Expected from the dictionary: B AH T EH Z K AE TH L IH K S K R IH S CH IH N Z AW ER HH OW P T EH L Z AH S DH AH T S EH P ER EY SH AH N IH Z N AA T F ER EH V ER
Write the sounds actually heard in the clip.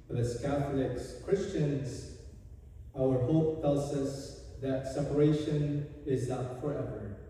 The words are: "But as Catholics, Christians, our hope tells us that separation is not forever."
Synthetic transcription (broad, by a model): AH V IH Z K AE TH L IH K S K R IH S CH IH N Z AW ER HH OW P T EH L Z AH S DH AH T S EH P ER EY SH AH N IH Z N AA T F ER EH V ER